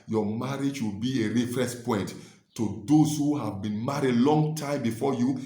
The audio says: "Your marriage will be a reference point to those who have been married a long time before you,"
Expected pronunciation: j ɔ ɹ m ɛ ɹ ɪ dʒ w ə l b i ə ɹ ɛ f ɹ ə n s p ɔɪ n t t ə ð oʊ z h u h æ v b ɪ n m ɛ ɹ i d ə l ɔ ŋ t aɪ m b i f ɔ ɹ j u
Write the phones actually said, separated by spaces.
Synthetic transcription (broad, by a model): j ɔ m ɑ ɹ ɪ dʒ w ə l b i ə ɹ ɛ f ɹ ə s p ɔɪ n t t ə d oʊ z h u h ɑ v b ɪ n m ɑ ɹ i d l ɔ ŋ t aɪ m b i f ɔ j u